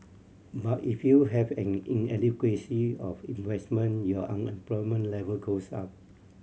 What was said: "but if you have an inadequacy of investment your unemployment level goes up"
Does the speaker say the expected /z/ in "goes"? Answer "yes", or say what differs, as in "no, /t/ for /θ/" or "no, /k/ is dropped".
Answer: no, /s/ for /z/